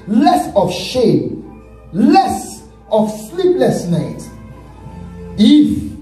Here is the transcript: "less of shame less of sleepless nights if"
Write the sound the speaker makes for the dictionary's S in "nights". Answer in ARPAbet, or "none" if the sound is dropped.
none